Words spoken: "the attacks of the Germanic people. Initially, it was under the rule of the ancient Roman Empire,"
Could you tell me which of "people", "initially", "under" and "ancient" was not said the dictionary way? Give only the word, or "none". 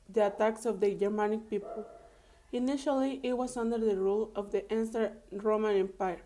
ancient